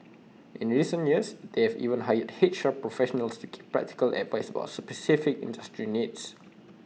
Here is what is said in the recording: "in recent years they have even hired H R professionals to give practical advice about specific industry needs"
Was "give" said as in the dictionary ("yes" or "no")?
no